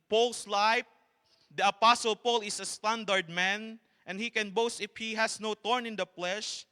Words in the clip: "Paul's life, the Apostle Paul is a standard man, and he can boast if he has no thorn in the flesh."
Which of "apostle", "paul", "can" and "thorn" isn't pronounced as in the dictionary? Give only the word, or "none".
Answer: thorn